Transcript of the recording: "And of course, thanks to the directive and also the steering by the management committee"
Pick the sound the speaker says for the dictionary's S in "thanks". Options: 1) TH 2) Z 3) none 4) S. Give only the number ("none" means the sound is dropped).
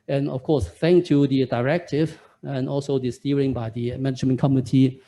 3